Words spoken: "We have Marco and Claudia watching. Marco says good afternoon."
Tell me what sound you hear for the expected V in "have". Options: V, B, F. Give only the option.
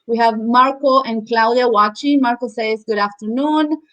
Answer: V